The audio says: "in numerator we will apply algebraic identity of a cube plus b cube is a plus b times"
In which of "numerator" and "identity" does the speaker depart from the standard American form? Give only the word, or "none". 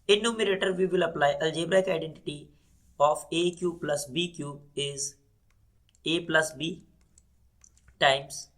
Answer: none